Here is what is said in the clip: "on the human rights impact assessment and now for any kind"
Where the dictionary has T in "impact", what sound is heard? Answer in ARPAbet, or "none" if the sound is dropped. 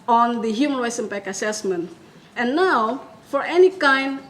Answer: none